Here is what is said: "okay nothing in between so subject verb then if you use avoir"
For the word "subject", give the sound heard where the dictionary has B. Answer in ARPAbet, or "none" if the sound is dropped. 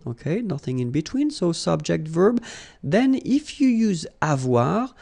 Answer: B